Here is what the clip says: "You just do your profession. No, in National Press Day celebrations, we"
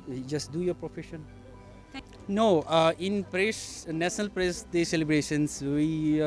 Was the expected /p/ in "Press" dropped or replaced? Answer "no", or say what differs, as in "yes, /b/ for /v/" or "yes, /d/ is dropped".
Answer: no